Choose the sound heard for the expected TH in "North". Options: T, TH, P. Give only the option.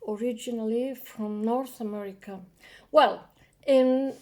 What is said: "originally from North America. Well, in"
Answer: TH